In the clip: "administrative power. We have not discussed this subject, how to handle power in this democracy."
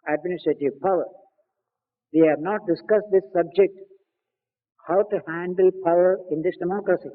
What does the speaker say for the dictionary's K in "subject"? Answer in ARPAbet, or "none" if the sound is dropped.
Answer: K